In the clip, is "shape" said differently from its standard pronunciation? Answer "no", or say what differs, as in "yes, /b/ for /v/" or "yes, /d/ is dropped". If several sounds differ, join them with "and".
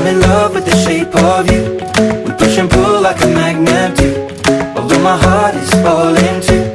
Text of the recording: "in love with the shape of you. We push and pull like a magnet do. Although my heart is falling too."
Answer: no